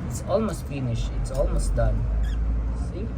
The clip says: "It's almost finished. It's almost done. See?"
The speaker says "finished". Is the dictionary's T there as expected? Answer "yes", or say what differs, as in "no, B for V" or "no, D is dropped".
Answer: no, T is dropped